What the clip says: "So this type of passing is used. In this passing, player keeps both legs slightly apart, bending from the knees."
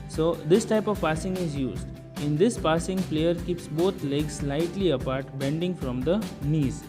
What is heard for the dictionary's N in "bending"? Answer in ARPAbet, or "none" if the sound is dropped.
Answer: N